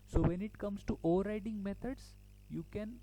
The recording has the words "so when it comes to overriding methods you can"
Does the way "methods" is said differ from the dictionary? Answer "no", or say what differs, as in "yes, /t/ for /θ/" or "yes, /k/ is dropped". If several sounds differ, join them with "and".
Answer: yes, /t/ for /θ/